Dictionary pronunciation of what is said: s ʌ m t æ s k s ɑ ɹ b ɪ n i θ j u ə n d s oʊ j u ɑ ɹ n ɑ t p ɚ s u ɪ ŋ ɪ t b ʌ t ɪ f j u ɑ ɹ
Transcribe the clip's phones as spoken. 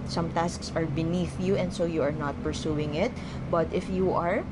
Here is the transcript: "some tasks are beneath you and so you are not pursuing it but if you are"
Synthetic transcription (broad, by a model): s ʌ m t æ s k s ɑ ɹ b ɪ n i θ j u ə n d s oʊ j u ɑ ɹ n ɑ t p ɚ s u ɪ ŋ ɪ t b ʌ t ɪ f j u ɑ ɹ